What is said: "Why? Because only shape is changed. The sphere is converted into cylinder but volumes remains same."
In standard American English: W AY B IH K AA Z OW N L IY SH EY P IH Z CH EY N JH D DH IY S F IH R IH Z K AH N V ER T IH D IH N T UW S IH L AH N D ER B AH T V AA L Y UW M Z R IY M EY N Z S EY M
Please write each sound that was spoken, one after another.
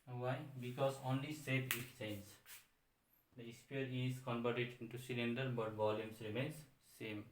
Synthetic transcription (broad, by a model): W AY B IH K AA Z OW N L IY S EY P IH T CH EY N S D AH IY S P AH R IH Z K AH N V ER T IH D IH N T UW S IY L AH N D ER B AH T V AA L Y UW M S R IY M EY N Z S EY M